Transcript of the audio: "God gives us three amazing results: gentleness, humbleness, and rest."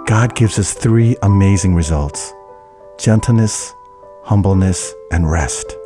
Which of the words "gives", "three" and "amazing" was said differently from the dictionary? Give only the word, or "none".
none